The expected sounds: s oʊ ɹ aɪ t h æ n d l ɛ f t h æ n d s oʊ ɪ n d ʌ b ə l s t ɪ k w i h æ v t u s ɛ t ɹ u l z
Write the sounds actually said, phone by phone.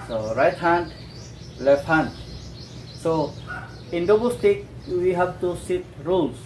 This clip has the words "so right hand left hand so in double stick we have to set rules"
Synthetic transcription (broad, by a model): s oʊ ɹ aɪ t h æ n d l ɛ f t h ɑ n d s oʊ ɪ n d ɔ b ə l s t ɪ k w i h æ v t u s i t ɹ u l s